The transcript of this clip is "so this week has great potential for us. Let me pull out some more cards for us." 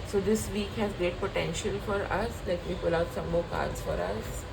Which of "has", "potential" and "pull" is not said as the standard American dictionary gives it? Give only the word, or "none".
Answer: none